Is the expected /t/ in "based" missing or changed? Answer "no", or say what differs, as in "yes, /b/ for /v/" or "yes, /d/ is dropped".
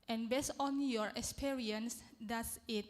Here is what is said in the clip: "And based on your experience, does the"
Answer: yes, /t/ is dropped